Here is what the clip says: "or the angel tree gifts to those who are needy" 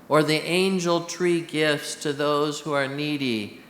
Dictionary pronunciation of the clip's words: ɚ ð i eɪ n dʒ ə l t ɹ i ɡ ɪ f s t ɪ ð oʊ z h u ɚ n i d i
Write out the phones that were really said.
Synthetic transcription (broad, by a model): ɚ ð i eɪ n dʒ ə l t ɹ i ɡ ɪ f s t ɪ ð oʊ z h u ɚ n i d i